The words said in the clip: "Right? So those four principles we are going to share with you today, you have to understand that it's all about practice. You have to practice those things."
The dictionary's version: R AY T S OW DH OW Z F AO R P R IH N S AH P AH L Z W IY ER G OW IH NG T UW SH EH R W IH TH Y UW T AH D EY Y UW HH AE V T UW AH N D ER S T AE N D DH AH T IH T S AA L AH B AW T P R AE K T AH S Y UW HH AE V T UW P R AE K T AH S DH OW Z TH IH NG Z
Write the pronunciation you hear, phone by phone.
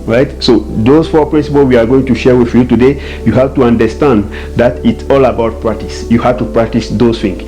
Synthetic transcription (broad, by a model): R AY T S OW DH OW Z F AO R P R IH N S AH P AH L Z W IY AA G OW IH NG T UW SH EH R W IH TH Y UW T AH D EY Y UW HH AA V T UW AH N D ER S T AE N D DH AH T IH T S AA L AH B AW T P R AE K T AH S Y UW HH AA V T UW P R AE K T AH S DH OW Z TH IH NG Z